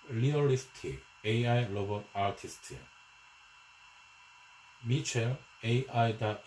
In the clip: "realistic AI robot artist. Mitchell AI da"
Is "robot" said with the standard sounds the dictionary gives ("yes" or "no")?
no